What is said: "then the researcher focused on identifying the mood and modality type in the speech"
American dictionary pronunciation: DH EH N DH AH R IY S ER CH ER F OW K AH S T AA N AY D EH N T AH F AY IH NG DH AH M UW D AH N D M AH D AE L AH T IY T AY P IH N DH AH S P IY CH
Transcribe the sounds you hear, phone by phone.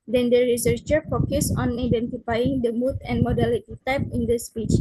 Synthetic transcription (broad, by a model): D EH N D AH R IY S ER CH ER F OW K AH S AA N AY D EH N T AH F AY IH NG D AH M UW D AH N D M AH D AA L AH T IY T AY P IH N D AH S P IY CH